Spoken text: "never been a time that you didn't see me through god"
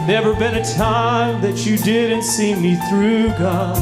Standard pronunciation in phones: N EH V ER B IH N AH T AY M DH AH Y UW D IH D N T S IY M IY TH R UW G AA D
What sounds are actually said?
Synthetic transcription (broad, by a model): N EH V ER B IH N AH T AY M DH AH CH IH D IH D N T S IY M IY TH R UW G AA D